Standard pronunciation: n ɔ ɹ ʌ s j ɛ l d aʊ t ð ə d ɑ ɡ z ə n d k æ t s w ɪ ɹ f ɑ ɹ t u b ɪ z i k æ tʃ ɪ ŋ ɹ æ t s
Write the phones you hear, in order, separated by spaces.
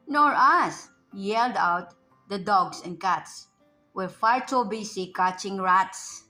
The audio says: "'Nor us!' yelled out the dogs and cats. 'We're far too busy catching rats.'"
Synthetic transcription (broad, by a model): n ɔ ɹ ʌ s j ɛ l d aʊ t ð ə d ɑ ɡ s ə n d k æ t s w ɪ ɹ f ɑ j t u b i s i k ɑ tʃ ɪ ŋ ɹ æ t s